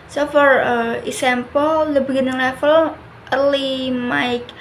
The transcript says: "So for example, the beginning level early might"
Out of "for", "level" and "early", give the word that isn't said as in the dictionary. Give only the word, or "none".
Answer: level